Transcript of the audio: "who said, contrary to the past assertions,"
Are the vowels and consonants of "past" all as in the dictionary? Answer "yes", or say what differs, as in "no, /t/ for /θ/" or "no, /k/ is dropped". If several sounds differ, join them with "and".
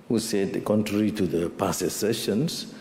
no, /t/ is dropped